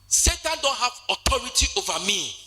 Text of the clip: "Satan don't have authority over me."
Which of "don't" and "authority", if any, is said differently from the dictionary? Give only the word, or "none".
authority